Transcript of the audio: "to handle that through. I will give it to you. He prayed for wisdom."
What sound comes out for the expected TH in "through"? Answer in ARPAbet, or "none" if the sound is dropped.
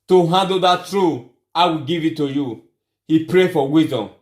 T